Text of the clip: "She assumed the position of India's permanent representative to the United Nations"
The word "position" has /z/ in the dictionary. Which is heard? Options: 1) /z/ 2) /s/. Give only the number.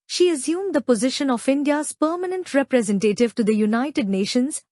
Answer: 1